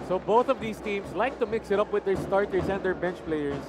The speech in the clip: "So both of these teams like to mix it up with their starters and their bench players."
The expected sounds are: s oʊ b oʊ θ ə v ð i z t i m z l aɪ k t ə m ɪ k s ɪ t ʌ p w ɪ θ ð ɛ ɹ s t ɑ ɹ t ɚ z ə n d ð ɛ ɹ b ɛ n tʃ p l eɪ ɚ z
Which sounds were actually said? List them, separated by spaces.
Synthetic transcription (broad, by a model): s oʊ b oʊ θ ə v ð i s t i m s l aɪ k t ə m ɪ k s ɪ t ʌ p w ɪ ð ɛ ɹ s t ɑ ɹ t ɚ s ə n d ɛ ɹ b ɛ n tʃ p l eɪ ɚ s